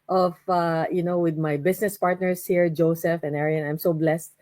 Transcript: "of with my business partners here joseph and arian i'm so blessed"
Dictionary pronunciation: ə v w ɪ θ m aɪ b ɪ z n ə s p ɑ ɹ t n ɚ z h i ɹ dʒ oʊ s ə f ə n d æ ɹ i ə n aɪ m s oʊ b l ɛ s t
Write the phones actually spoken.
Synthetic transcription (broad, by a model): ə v w ɪ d m aɪ b ɪ s n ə s p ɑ ɹ t n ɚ s h i ɹ dʒ oʊ s ə f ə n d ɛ ɹ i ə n aɪ m s oʊ b l ɛ s t